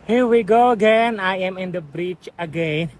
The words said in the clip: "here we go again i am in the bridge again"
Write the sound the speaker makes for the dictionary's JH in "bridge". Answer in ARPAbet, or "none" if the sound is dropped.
CH